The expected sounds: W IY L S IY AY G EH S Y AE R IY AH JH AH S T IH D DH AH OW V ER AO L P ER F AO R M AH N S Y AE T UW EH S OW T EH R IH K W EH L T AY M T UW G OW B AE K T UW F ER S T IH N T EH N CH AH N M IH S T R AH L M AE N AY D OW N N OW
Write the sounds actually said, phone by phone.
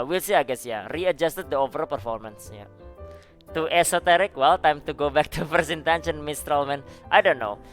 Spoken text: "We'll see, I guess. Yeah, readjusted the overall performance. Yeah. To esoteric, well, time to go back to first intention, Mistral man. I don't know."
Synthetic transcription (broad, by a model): W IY L S IY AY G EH S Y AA R IY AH JH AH S T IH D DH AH OW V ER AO L P ER F AO R M AH N S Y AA T UW EH S OW T EH R IH K W EH L T AY M T UW G OW B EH K T UW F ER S IH N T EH N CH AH N M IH S T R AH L M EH N AY D OW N N OW